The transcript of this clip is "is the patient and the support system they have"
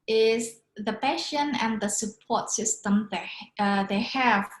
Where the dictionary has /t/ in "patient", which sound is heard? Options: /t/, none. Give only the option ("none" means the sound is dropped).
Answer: none